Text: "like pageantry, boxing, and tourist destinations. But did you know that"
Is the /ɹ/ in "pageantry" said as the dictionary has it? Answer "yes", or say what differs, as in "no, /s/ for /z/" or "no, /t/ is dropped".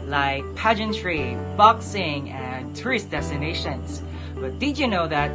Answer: yes